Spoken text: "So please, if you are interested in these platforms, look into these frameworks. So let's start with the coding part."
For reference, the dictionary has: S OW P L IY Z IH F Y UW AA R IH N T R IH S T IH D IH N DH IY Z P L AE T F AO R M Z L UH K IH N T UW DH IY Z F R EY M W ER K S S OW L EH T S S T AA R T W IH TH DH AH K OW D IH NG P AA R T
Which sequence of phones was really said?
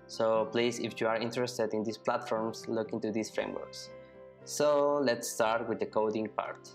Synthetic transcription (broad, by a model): S OW P L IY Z IH F Y UW AA R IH N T R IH S T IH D IH N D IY S P L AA T F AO R M S L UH K IH N T UW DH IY S F R EY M W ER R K S OW L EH T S S T AA R T W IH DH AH K OW D IH NG P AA R T